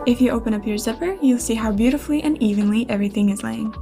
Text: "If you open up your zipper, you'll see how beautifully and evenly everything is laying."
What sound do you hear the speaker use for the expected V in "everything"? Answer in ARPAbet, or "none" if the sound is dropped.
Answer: V